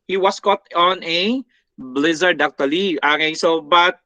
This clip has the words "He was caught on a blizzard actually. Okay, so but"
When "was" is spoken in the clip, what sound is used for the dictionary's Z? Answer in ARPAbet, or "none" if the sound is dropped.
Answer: S